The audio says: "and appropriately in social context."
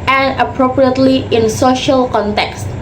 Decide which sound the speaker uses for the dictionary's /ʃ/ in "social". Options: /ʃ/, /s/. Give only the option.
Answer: /ʃ/